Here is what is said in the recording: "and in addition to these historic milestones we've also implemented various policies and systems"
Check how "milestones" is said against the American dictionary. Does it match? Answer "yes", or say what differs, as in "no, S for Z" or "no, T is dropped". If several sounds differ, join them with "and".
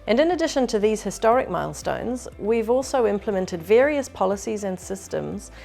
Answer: yes